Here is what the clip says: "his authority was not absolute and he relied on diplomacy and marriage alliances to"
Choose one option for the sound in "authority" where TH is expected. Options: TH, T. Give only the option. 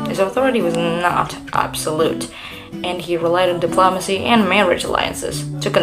TH